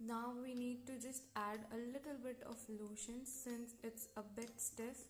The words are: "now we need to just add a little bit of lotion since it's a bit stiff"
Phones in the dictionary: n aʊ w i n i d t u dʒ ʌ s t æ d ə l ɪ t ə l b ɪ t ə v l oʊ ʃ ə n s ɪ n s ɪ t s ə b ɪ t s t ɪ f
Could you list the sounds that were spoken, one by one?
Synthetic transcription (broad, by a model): n aʊ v i n i d t u dʒ ʌ s t æ d ə l ɪ t ə l b ɪ t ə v l oʊ ʃ ə n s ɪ n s ɪ t s ə b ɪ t s t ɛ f